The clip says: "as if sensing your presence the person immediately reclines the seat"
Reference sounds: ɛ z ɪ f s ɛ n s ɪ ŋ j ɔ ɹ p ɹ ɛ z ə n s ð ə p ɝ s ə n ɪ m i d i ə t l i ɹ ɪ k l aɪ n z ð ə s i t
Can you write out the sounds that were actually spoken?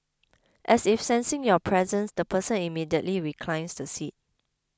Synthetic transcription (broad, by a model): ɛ s ɪ f s ɛ n s ɪ ŋ j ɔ p ɹ ɛ z ə n s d ə p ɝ s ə n ɪ m i d i ə t l i ɹ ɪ k l aɪ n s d ə s i t